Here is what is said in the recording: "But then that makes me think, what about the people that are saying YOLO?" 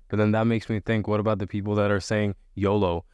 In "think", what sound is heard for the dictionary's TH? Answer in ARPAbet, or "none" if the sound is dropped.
TH